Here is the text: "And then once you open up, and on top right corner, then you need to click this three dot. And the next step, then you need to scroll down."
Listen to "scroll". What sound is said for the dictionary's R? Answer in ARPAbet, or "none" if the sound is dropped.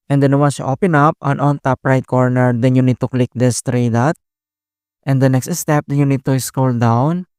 none